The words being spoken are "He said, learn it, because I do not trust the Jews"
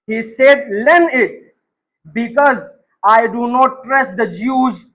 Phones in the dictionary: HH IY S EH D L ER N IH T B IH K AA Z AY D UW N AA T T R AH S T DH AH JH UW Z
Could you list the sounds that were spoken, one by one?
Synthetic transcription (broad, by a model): HH IY S EH D L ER N IH T B IH K AA Z AY D UW N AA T T R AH S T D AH JH UW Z